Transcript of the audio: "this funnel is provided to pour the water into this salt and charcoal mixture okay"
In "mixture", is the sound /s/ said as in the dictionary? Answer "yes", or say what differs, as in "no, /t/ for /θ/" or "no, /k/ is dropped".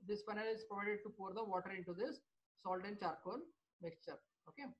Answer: yes